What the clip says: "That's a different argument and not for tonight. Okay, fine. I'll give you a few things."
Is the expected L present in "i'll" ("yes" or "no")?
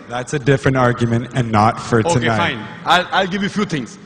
yes